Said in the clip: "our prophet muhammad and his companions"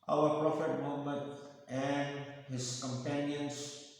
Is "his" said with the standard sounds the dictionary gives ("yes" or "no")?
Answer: no